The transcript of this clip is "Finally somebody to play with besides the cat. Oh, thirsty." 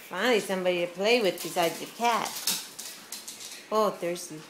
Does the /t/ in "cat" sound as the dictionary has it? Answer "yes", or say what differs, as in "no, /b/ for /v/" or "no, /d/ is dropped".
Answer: yes